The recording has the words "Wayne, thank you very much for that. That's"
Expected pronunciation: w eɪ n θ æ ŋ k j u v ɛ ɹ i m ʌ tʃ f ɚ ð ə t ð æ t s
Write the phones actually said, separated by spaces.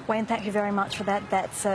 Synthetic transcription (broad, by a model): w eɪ n θ æ ŋ k j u v ɛ ɹ i m ʌ tʃ f ɚ ð ə t ð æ t s